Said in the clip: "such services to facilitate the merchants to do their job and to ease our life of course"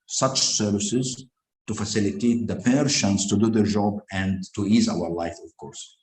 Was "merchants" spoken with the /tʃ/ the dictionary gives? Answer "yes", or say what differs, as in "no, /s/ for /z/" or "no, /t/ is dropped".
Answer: no, /ʃ/ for /tʃ/